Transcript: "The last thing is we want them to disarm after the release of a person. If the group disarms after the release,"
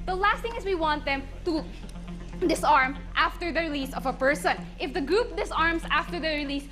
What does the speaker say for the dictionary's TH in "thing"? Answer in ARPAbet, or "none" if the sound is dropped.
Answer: T